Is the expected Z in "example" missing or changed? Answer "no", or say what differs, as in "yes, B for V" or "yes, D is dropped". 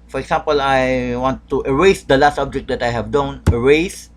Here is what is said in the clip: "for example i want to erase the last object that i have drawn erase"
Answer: yes, S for Z